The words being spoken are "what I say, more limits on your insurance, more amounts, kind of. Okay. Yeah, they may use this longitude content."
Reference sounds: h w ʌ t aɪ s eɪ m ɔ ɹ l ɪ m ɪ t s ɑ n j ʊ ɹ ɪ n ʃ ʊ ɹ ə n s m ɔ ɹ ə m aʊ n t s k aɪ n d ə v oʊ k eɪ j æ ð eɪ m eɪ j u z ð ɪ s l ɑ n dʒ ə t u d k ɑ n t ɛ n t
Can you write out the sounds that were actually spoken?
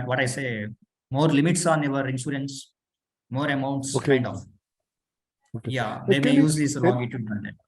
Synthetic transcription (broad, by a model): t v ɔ t aɪ s eɪ m ɔ ɹ l ɪ m ɪ t s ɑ n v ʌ ɹ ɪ n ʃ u ɹ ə n s m ɔ ɹ ə m aʊ n t s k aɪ n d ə f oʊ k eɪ j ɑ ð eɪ m eɪ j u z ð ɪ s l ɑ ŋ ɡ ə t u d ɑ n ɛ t